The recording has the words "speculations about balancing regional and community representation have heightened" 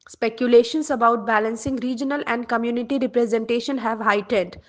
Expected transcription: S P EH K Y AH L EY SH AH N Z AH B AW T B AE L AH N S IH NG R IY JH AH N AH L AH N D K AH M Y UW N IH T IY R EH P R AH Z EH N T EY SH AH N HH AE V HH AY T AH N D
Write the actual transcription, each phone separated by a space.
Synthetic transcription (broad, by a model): S P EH K Y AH L EY SH AH N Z AH B AW T B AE L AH N S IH NG R IY JH AH N AH L AH N D K AH M Y UW N IH T IY R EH P R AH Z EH N T EY SH AH N HH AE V HH AY T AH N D